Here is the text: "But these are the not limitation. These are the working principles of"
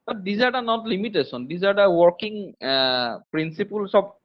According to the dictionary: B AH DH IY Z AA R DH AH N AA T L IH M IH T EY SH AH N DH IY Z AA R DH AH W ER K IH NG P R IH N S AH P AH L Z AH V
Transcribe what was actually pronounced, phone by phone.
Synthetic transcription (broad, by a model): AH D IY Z AA R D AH N AA T L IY M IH T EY S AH N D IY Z AA R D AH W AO K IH NG P R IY N S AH P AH L S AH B